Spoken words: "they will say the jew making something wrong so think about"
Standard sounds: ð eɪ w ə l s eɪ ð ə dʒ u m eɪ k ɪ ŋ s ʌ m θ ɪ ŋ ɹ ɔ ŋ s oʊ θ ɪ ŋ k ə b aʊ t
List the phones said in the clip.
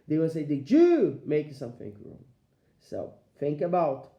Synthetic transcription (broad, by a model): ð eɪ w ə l s eɪ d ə dʒ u m eɪ ɪ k s ʌ m θ ɪ ŋ ɹ ɔ ŋ s oʊ θ ɪ ŋ k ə b aʊ t